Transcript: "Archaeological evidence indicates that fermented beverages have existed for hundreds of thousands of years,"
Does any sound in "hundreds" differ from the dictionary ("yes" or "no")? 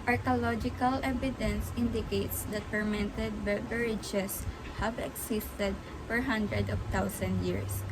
yes